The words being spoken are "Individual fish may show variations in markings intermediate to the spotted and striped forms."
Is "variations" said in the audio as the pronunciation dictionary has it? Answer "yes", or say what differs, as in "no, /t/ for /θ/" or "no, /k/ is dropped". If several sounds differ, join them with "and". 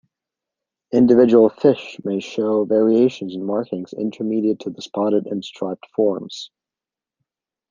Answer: yes